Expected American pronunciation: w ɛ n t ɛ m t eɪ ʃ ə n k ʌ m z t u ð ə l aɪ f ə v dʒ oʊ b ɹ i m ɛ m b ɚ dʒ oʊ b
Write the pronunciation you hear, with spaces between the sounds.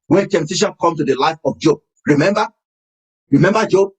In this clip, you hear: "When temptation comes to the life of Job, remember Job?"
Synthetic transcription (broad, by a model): w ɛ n t ɛ m t eɪ ʃ ə n k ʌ m t u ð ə l aɪ f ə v dʒ oʊ b ɹ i m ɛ m b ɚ dʒ oʊ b